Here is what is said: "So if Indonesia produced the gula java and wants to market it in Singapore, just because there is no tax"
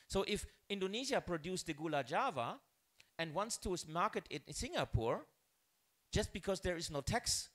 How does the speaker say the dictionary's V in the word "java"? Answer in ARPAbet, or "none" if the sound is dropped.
V